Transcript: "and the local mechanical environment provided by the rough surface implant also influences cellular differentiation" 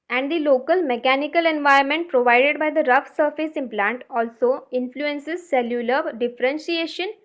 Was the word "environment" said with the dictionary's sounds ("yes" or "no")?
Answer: no